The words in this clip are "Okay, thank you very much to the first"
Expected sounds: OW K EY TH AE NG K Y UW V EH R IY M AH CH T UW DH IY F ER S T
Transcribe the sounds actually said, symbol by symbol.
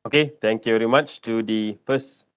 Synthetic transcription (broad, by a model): OW K EY T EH NG K Y UW V EH R IY M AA CH T UW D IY F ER S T